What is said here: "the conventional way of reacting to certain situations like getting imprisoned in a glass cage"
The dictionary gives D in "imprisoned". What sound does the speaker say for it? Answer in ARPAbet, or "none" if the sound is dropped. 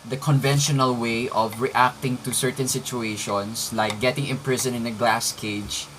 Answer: none